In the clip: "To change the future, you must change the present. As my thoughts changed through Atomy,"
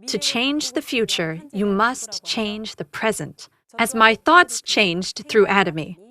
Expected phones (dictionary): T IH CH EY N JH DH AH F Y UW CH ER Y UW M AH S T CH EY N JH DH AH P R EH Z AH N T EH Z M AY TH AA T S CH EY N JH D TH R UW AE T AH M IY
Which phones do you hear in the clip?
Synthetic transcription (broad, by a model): T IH CH EY N JH DH AH F Y UW CH ER Y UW M AH S T CH EY N JH DH AH P R EH Z AH N T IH Z M AY TH AA T S CH EY N JH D TH R UW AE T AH M IY